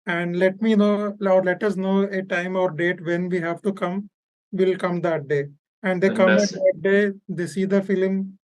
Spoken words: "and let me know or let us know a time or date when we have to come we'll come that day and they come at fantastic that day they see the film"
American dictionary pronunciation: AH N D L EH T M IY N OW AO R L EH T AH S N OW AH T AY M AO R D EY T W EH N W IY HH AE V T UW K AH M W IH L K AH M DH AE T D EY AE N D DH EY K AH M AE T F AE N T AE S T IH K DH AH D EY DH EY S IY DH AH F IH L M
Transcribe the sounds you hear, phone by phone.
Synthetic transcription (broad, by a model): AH N D L EH T M IY N OW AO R L EH T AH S N OW AH T AY M AO R D EY T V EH N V IY HH AE V T UW K AH M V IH L K AH M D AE T D EY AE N D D EY K AH M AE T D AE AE T D EY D EY S IY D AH F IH L M